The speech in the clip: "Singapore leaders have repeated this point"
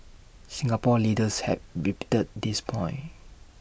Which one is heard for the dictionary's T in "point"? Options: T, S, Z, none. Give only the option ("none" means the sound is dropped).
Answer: none